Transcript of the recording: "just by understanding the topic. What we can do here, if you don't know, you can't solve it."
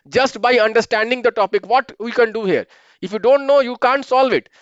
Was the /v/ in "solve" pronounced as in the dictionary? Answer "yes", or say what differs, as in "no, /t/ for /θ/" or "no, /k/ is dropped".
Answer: yes